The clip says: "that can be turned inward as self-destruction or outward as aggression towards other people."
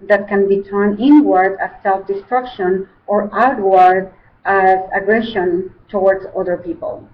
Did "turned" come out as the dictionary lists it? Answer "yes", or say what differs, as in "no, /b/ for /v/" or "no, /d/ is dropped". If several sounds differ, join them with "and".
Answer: no, /d/ is dropped